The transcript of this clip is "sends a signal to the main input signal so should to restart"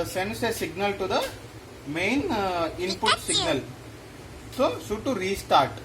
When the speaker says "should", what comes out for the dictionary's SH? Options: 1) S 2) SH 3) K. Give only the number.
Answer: 1